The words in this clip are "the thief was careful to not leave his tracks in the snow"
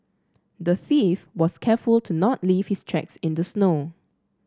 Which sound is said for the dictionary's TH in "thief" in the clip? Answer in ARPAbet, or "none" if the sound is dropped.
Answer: TH